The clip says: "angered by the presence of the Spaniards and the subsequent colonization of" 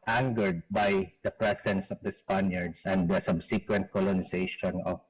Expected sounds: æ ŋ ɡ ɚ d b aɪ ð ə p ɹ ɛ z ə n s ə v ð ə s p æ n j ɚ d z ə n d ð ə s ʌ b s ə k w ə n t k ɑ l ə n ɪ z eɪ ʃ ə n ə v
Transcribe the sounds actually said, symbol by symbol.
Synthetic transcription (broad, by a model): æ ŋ ɡ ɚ d b aɪ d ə p ɹ ɛ s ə n s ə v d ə s p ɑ n j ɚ d s ə n d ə s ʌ b s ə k w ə n t k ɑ l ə n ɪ s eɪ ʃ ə n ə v